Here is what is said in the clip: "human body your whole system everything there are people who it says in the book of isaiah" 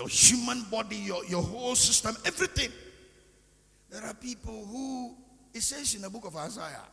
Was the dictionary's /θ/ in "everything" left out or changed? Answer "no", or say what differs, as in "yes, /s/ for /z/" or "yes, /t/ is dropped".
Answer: yes, /t/ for /θ/